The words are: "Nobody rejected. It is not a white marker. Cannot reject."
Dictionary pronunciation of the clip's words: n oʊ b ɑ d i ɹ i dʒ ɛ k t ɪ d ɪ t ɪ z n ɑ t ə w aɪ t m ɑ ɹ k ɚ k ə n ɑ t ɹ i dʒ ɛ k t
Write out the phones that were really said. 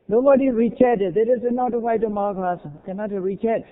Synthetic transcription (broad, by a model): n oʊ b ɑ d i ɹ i tʃ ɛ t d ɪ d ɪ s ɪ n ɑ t ə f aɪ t m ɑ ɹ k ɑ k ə n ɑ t ɹ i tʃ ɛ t